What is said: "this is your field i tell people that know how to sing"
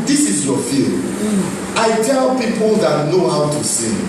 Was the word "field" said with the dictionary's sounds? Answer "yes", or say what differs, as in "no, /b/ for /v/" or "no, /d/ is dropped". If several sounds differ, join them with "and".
no, /d/ is dropped